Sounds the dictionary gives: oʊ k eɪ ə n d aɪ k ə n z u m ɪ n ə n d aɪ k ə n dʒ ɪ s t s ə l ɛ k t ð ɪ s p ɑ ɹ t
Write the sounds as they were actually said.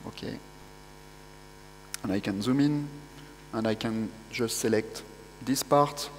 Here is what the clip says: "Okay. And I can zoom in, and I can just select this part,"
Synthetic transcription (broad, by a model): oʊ k eɪ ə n aɪ k ə n z u m ɪ n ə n aɪ k ə n ʒ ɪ s t s ə l ɛ k t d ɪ s p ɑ ɹ t